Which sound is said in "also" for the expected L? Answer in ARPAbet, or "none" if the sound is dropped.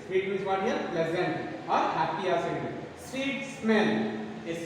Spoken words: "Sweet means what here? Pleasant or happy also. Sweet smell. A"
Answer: none